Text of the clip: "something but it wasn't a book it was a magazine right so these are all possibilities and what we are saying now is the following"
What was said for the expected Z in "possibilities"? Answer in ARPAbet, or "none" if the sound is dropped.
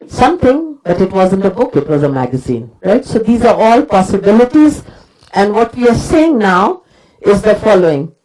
Z